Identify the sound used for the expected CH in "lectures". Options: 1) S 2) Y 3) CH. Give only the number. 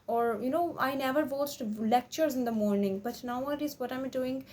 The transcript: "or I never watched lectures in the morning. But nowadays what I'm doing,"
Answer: 3